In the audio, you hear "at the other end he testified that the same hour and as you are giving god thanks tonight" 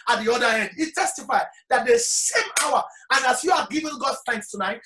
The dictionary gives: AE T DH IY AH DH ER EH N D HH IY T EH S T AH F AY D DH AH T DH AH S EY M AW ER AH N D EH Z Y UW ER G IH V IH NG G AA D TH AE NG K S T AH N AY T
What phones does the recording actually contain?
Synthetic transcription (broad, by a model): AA T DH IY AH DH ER EH N D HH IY T EH S T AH F AY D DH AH T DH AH S EY M AW ER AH N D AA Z Y UW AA G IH V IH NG G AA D TH AE NG K S T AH N AY T